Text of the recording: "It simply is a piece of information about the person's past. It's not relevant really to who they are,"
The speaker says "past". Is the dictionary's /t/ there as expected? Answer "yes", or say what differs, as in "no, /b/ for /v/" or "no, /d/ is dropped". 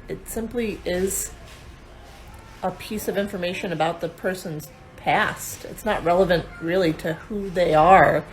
yes